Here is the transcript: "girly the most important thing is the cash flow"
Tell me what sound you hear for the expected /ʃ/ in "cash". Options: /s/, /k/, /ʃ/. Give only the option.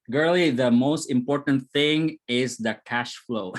/ʃ/